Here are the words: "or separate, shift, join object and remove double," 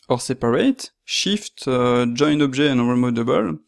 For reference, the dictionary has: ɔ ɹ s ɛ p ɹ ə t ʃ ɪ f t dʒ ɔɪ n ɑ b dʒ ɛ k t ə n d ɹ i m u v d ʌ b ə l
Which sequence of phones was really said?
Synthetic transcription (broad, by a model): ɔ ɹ s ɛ p ɹ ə t ʃ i f t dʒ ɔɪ n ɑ b ʒ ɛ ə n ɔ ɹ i m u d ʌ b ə l